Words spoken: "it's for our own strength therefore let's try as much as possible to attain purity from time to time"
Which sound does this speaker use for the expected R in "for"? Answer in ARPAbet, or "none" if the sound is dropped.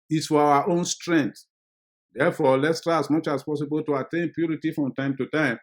W